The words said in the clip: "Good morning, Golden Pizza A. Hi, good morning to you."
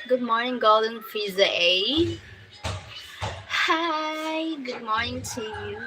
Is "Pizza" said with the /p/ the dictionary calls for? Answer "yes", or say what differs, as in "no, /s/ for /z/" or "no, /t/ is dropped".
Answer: no, /f/ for /p/